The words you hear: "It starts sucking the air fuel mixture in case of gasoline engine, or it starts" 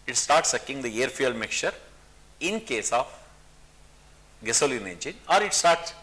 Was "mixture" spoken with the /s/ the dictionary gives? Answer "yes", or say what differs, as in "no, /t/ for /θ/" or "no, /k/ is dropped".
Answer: no, /s/ is dropped